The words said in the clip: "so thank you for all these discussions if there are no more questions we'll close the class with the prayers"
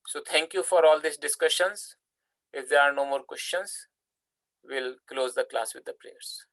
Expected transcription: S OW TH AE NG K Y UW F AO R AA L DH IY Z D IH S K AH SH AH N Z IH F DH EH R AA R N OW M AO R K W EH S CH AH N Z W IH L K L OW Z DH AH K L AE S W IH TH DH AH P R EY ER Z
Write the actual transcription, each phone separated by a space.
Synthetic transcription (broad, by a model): S OW T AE NG K Y UW F AO R AA L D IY S D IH S K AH SH AH N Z IH F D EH R AA R N OW M AO R K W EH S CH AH N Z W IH L K L OW Z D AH K L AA S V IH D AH P R EY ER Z